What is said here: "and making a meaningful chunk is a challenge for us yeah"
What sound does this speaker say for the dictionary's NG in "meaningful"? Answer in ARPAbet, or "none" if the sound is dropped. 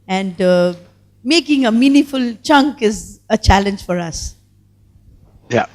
none